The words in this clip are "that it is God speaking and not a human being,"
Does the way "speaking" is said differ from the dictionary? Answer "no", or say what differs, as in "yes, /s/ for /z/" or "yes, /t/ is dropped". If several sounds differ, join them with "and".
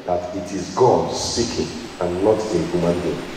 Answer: yes, /p/ is dropped